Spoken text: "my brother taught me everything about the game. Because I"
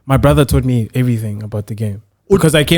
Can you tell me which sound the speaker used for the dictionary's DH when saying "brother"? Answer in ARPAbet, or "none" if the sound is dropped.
DH